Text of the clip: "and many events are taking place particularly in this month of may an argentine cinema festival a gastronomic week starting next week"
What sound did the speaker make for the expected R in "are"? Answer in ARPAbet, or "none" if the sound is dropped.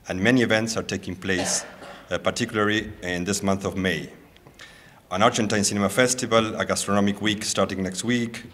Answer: R